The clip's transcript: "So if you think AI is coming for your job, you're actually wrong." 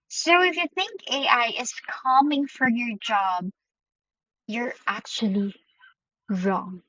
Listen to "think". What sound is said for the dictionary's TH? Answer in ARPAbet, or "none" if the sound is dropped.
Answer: TH